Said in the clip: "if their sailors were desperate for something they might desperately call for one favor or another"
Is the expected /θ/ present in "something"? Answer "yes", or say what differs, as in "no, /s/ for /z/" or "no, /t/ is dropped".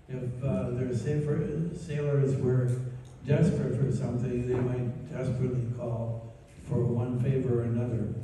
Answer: yes